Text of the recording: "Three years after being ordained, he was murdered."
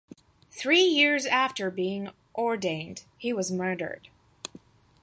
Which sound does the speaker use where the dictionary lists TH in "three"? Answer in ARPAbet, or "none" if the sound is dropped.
TH